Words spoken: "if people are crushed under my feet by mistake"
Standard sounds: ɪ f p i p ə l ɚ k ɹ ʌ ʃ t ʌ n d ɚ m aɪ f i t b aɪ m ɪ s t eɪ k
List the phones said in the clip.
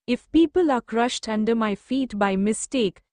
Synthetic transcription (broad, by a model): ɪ f p i p ə l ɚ k ɹ ʌ ʃ t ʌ n d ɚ m aɪ f i t b aɪ m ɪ s t eɪ k